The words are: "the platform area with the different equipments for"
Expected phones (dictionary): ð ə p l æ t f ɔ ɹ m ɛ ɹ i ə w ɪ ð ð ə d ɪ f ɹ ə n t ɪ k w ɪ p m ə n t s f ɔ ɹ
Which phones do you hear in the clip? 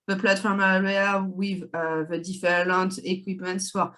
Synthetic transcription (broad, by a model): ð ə p l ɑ t f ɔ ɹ m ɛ w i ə w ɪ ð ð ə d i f l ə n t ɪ k w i p m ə n t s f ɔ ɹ